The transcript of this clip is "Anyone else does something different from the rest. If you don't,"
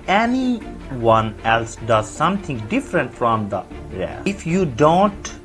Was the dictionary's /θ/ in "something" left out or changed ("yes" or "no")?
yes